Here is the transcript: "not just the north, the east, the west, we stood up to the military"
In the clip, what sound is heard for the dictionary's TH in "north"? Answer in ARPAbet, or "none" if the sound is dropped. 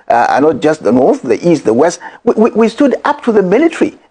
TH